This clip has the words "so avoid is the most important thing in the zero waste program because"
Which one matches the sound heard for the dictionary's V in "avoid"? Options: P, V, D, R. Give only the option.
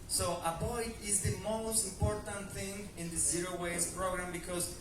P